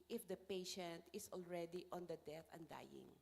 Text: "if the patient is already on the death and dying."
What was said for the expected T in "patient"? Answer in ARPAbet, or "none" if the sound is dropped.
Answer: T